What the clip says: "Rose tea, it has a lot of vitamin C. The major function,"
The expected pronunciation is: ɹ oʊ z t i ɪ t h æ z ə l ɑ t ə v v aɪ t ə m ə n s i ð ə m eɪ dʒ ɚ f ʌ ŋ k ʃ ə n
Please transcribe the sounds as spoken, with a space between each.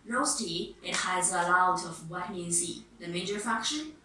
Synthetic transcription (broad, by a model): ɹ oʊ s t i ɪ t h æ z ə l ɑ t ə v w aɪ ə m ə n s i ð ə m eɪ dʒ ɚ f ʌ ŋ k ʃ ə n